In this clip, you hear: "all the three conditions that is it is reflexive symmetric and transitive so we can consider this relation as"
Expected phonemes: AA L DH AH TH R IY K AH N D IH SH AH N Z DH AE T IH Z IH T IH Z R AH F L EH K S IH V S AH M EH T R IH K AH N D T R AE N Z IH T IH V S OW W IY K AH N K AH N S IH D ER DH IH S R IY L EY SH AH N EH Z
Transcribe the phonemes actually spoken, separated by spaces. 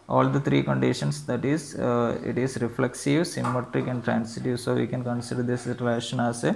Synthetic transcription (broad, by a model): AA L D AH T R IY K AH N D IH SH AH N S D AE T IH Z IH T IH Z R AH F L EH K S IH V S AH M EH T R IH K AH N D T R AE N S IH T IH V S OW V IY K AH N K AH N S IH D ER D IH S R IY L EY SH AH N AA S